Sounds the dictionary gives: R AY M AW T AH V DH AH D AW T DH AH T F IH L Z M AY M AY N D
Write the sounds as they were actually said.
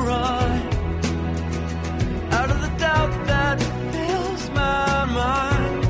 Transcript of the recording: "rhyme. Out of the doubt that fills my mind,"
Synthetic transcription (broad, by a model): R AY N AW T AH V DH AH D AW T DH AH T F IH L Z M AY M AY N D